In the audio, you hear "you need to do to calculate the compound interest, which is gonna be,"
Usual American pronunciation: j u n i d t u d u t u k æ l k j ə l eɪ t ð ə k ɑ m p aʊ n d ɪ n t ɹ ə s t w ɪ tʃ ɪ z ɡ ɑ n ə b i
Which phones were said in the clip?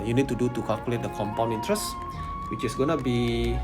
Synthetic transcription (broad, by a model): j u n i d t u d u t u k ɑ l k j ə l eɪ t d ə k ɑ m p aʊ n ɪ n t ɹ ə s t w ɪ tʃ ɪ s ɡ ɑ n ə b i